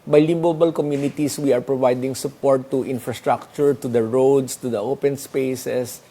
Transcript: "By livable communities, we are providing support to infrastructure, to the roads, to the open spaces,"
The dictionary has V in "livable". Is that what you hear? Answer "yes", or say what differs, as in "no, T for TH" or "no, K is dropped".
no, B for V